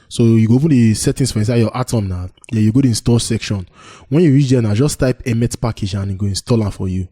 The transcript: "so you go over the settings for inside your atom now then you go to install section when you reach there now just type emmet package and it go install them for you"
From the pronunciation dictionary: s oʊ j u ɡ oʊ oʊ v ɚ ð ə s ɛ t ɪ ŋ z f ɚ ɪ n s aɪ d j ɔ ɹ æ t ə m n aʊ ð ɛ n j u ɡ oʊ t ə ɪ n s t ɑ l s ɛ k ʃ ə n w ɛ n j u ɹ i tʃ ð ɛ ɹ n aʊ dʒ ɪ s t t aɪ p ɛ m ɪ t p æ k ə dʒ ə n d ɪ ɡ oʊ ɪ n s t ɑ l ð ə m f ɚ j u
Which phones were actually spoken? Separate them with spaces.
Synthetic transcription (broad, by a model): s oʊ j u ɡ oʊ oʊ p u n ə s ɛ t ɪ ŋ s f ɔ ɪ n s aɪ d j ɔ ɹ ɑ t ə m n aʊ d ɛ j u ɡ oʊ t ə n s t ɑ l s ɛ k ʃ ə n w ɛ n j u ɹ i tʃ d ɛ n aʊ dʒ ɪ s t t aɪ p ɛ m ɪ t p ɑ k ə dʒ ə n ɪ ɡ oʊ ɪ n s t ɑ l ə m f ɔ j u